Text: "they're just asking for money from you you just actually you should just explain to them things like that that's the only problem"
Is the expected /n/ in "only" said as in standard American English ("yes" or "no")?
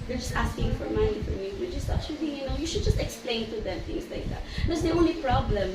yes